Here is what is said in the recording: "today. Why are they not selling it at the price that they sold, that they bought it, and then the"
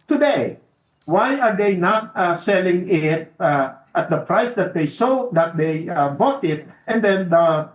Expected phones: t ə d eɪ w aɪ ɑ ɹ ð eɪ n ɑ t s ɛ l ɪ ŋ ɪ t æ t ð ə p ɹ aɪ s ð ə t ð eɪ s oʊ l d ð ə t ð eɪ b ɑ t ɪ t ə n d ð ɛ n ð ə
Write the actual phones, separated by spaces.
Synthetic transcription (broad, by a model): t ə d eɪ w aɪ ɑ ɹ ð eɪ n ɑ t s ɛ l ɪ ŋ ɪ t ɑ t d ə p ɹ aɪ s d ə t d eɪ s oʊ d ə t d eɪ b ɑ t ɪ t ə n d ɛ n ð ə